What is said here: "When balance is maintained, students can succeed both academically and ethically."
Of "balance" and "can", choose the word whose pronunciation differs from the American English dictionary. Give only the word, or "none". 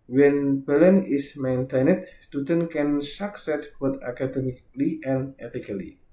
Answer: balance